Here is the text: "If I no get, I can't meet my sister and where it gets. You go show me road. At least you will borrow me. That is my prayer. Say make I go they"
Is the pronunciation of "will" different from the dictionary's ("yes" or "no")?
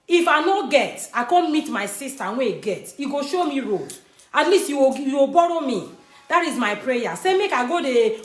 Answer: yes